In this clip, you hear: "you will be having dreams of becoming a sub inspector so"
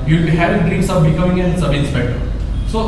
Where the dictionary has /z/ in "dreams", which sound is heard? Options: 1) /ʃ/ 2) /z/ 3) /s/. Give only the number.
3